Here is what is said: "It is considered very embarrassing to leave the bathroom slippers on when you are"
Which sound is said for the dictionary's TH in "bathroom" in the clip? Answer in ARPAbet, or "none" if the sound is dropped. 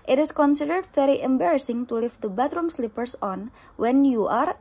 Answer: T